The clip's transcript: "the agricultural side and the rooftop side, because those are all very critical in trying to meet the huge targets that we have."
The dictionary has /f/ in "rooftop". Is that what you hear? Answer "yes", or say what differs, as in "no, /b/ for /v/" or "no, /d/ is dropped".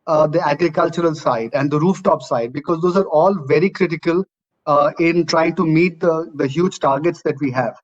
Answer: yes